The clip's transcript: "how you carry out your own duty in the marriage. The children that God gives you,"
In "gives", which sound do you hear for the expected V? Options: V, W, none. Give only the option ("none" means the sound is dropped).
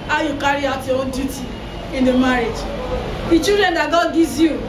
none